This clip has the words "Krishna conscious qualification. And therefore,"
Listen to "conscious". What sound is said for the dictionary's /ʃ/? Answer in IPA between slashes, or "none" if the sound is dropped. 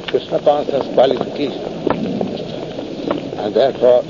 /s/